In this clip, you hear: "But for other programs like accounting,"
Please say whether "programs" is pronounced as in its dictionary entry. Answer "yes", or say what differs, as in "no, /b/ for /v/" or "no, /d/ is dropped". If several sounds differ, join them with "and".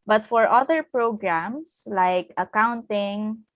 no, /s/ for /z/